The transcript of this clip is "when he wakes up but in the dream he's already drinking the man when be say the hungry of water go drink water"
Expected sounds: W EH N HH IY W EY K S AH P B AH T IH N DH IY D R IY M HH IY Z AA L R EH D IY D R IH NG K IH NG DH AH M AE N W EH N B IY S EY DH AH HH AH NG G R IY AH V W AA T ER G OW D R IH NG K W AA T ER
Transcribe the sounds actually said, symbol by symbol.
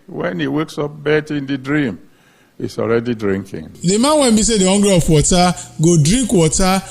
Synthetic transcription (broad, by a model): W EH N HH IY W EY K S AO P B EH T IH N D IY D R IY M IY S AA L R EH D IY D R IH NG K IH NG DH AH M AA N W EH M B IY S EY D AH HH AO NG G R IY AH P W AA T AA G OW D R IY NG K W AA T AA